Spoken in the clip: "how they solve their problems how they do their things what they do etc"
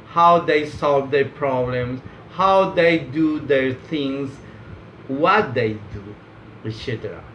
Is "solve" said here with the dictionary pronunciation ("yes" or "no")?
yes